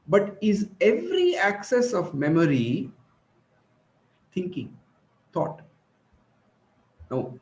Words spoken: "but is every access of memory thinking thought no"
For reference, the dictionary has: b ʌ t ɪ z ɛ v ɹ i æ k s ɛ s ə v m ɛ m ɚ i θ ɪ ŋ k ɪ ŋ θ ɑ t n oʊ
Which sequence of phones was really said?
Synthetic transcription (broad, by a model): b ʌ t ɪ z ɛ v ɹ i æ k s ɛ s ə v m ɛ m ɚ i t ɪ ŋ k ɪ ŋ t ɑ t n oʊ